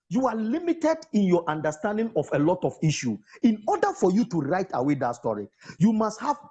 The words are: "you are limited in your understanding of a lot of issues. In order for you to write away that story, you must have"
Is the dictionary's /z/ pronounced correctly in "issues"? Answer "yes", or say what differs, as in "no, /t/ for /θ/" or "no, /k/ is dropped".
no, /z/ is dropped